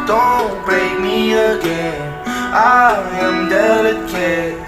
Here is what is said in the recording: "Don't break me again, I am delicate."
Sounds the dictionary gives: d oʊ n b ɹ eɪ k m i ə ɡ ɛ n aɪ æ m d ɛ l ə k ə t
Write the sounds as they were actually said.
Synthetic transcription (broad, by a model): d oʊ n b eɪ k m i ə ɡ ɛ n aɪ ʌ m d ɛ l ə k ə